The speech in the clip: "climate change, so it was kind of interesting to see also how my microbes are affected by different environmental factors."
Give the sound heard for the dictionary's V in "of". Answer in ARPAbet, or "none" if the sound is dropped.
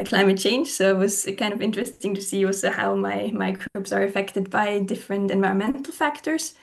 V